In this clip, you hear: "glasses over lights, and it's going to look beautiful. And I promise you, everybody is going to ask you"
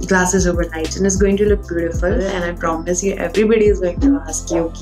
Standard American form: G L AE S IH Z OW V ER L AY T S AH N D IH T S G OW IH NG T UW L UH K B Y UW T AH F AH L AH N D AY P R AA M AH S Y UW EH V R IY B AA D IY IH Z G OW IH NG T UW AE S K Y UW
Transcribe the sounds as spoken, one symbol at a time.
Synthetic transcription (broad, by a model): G L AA S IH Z OW V ER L AY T AH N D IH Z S G OW IH NG T UW L UH K B Y UW T AH F AH L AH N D AY P R AA M AH S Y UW EH V R IY B AA D IY IH Z G OW IH NG T UW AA S K Y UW